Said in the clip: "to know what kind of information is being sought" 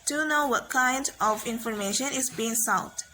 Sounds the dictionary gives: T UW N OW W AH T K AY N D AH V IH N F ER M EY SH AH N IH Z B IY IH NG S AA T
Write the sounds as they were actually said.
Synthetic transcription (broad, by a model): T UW N OW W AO T K AY N D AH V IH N F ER M EY SH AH N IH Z B IY IH NG S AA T